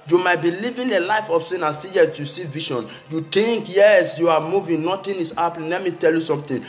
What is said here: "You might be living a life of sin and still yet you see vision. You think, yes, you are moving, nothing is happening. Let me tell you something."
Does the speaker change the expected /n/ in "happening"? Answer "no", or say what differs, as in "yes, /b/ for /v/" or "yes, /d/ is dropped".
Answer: yes, /l/ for /n/